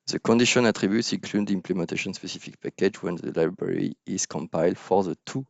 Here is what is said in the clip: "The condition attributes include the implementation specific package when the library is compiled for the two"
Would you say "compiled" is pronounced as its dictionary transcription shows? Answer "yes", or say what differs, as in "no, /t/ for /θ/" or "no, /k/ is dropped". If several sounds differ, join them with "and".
yes